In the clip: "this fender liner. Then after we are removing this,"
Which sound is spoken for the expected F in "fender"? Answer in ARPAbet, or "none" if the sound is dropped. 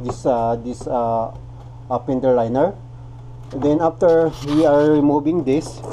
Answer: P